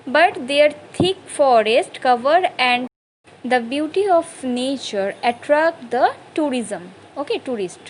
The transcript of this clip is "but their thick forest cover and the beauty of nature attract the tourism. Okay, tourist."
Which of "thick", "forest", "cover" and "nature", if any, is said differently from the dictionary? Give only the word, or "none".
thick